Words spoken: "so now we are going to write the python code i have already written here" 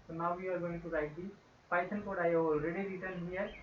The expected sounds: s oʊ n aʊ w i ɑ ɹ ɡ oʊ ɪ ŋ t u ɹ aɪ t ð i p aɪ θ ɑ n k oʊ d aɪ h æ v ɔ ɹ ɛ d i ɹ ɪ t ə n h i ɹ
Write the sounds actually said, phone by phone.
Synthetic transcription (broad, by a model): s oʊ n aʊ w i ɑ ɹ ɡ oʊ ɪ ŋ t u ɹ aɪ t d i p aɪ s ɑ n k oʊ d aɪ ɔ ɹ ɛ d i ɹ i t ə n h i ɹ